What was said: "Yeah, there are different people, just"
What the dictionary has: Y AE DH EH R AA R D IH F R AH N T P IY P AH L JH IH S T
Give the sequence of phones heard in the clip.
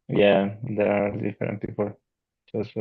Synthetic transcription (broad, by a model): Y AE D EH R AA L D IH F AH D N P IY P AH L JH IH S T